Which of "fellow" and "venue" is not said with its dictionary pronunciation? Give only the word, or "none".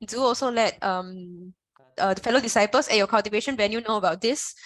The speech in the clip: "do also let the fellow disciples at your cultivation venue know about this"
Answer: venue